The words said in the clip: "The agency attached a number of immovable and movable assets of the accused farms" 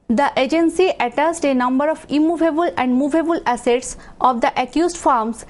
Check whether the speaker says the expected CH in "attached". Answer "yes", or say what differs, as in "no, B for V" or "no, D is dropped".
no, S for CH